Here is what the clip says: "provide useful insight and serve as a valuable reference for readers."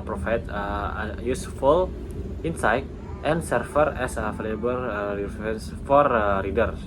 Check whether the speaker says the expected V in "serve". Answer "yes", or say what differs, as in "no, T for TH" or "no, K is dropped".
no, F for V